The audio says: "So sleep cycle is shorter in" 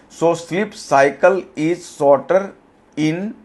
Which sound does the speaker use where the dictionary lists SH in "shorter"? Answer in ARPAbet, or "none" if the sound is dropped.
S